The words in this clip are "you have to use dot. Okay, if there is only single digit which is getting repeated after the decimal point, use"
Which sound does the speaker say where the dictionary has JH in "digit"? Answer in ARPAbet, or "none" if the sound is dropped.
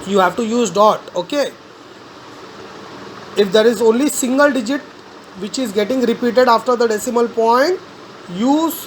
JH